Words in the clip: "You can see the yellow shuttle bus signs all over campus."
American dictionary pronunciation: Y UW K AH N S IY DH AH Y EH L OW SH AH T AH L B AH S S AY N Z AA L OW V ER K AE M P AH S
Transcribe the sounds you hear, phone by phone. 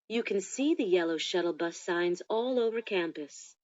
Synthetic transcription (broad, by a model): Y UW K AH N S IY DH AH Y EH L OW SH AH T L B AH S S AY N Z AA L OW V ER K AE M P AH S